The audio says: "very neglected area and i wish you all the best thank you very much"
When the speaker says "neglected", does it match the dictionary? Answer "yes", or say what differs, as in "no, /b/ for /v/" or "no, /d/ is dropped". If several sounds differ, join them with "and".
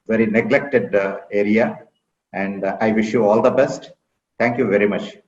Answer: yes